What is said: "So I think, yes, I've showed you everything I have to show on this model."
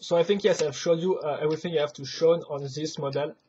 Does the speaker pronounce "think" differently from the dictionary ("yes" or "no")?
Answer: no